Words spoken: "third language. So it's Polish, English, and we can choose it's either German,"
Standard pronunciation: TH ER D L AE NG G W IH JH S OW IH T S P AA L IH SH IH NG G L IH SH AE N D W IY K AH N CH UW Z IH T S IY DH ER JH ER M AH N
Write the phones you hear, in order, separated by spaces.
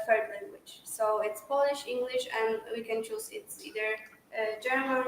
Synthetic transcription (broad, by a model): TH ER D L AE NG G W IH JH S OW IH T S P AA L IH SH IH NG G L IH SH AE N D W IY K AH N CH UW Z IH T S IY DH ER JH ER M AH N